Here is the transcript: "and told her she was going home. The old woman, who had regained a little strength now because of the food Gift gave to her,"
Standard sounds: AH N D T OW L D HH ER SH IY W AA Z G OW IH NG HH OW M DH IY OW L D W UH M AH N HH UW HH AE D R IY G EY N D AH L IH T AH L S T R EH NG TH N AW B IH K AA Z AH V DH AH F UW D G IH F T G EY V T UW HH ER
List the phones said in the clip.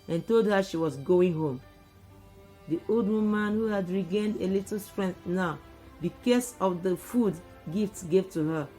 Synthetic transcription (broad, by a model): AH N T OW L D HH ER SH IY W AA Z G OW IH NG HH OW M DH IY OW L D W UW M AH N HH UW HH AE D R IY G EY N D AH L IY T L S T R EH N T N AW B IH K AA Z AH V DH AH F UW D G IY F T G EY V T UW HH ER